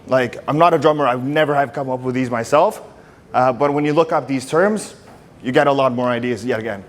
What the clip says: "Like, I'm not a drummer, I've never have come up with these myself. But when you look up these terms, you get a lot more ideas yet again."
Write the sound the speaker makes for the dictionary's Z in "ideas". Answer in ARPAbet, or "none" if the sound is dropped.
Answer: Z